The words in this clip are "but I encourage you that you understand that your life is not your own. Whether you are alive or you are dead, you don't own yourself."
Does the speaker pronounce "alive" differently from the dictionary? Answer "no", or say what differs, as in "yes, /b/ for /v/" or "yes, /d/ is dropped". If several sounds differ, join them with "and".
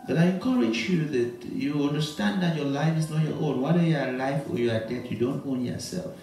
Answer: yes, /f/ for /v/